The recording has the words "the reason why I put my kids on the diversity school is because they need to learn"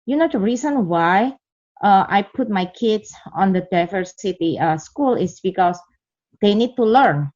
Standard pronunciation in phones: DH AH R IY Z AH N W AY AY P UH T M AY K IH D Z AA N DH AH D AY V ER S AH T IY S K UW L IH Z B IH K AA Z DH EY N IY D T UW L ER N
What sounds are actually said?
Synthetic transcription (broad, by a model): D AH R IY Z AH N W AY AY P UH T M AY K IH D S AA N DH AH D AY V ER S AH T IY S K UW L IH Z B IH K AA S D EY N IY D T UW L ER N